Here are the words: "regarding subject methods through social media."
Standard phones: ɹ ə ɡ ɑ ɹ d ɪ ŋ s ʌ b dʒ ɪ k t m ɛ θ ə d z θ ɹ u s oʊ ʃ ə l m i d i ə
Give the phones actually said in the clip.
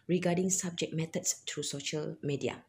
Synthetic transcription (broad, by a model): ɹ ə ɡ ɑ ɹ d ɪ ŋ s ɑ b dʒ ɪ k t m ɛ t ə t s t ɹ u s oʊ ʃ ə l m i d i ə